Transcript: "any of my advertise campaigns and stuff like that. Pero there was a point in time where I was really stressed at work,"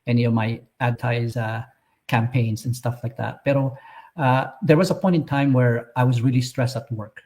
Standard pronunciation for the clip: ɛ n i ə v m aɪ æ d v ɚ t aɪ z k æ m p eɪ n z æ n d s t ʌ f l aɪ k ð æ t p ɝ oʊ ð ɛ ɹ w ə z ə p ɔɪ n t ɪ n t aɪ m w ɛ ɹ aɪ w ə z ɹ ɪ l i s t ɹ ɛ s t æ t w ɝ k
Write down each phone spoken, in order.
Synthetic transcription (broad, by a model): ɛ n i ə v m aɪ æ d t aɪ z k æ m p eɪ n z n s t ʌ f l aɪ k ð æ t b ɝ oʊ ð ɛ ɹ w ə z ə p ɔɪ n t ɪ n t aɪ m w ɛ ɹ aɪ w ə z ɹ ɪ l i s t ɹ ɛ s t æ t w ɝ k